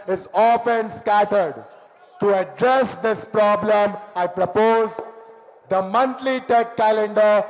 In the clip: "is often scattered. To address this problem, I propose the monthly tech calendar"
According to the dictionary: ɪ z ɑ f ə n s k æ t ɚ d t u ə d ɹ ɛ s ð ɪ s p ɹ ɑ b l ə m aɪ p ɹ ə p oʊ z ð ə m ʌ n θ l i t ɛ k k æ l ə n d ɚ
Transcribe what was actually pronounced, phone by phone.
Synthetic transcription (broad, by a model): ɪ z ɑ f ə n s k æ t ɚ d t u ə d ɹ ɛ s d ɪ s p ɹ ɑ b l ə m aɪ p ɹ ə p oʊ z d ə m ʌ n t l i t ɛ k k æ l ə n d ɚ